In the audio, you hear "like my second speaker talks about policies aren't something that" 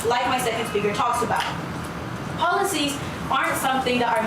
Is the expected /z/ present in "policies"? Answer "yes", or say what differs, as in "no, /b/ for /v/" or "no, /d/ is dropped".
yes